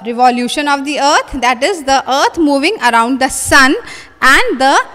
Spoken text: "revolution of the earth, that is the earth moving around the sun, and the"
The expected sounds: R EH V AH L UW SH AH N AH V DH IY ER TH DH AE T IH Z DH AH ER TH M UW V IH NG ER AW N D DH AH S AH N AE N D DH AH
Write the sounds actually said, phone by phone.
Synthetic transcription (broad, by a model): R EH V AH L UW SH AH N AH V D IY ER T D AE T IH Z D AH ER T M UW V IH NG ER AW N D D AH S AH N AE N D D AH